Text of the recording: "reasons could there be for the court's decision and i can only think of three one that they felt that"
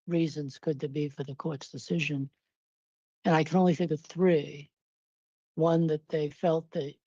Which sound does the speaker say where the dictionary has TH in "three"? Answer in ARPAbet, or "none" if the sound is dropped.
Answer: TH